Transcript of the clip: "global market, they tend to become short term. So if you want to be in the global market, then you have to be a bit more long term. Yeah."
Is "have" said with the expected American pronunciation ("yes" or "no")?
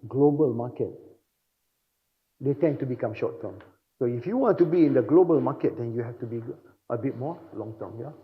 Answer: no